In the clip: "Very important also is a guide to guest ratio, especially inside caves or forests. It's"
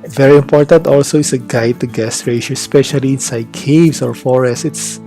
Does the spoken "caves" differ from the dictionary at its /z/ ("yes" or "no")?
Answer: yes